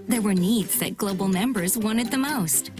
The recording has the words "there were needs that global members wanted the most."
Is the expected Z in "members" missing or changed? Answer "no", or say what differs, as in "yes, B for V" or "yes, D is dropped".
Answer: no